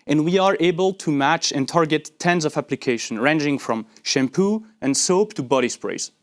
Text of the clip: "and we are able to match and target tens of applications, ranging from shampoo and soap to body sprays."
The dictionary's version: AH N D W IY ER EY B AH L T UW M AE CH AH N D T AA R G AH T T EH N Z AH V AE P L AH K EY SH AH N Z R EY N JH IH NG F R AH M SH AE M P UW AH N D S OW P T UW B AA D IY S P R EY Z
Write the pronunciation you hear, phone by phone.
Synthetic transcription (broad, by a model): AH N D W IY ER EY B AH L T UW M AE CH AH N T AA R G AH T T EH N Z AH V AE P L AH K EY SH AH N R EY N JH IH NG F R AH M SH AE M P UW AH N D S OW P T UW B AA D IY S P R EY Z